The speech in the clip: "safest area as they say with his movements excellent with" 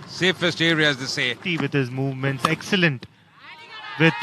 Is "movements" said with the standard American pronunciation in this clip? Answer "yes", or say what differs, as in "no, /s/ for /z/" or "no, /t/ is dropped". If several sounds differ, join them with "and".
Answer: yes